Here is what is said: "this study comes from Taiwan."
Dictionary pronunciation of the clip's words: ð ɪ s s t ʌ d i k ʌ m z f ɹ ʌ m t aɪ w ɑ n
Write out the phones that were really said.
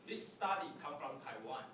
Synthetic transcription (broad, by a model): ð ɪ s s t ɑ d i k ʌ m f ɹ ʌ m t aɪ w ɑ n